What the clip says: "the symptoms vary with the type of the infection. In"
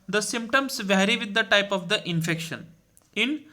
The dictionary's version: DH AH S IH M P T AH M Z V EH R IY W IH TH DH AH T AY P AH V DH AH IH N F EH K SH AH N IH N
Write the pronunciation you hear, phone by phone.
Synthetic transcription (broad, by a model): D AH S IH M P T AH M S V EH R IY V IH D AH T AY P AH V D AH IH N F EH K SH AH N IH N